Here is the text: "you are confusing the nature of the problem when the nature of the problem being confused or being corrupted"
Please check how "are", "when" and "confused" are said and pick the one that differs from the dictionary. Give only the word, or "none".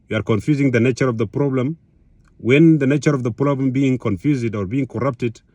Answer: none